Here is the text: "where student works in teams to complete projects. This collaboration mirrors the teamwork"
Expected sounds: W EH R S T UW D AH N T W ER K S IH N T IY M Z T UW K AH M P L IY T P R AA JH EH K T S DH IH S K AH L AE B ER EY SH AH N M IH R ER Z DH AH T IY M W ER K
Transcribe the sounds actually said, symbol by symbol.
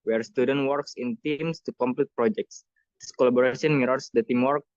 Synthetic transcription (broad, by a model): W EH R S T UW D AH N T W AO K S IH N T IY M S T UW K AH M P L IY T P R AA JH EH K T S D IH S K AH L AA B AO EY S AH N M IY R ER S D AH T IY M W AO K